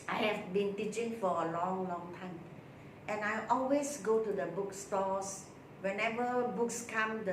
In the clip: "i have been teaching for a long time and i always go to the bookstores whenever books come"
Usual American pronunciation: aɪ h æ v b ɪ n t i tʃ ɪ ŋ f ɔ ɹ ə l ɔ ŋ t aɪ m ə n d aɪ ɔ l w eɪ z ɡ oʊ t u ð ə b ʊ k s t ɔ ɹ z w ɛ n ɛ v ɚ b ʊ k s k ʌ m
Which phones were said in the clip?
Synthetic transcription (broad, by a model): aɪ h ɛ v b ɪ n t i tʃ ɪ ŋ f ɔ l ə l ɔ ŋ t aɪ m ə n aɪ ɔ l w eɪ s ɡ oʊ t u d ə b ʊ k s t ɔ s w ɛ n ɛ v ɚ b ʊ k s k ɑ m